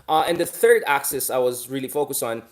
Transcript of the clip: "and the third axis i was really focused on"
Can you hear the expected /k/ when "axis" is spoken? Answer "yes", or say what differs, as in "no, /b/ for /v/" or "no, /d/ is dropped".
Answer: yes